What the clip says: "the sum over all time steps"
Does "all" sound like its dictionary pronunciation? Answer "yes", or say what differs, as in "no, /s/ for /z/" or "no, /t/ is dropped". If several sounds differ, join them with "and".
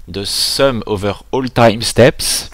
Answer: yes